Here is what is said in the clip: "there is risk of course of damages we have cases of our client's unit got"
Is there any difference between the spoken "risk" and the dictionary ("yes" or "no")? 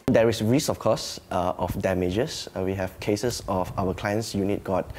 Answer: yes